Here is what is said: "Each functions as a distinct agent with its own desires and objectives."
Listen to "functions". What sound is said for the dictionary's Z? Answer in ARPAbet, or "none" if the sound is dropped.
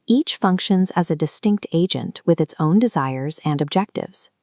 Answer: Z